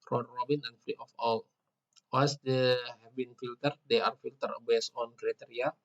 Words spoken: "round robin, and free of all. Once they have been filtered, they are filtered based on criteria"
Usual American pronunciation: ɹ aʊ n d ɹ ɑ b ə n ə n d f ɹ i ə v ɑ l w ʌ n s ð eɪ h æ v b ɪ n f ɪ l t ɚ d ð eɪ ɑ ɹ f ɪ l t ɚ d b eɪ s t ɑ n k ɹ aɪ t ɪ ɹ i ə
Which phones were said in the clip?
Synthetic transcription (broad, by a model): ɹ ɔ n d ɹ ɑ b ə n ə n f ɹ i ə f ɑ l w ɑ s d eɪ h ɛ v b ɪ n f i l t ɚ d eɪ ɑ ɹ f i l t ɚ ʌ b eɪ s ɑ n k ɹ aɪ t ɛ ɹ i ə